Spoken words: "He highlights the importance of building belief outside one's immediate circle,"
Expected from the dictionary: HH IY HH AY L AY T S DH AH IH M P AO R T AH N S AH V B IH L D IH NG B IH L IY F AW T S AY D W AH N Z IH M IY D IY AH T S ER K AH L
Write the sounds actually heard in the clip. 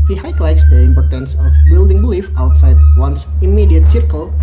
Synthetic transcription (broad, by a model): HH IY HH AY L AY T S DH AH IH M P AO R T AH N S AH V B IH L D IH NG B IH L IY F AW T S AY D W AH N S IH M IY D IY AH T S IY K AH L